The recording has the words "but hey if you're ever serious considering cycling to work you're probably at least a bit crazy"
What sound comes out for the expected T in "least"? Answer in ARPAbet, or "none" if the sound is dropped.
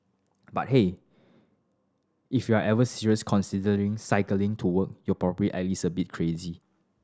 none